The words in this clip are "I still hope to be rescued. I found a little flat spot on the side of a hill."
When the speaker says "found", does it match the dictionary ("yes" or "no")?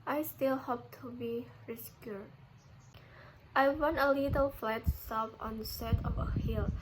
no